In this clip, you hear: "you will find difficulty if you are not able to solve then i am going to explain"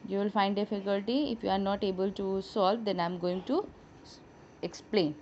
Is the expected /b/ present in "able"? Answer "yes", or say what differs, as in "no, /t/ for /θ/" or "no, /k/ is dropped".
yes